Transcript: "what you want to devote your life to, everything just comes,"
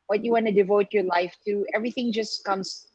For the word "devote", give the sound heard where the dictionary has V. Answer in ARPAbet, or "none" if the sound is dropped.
V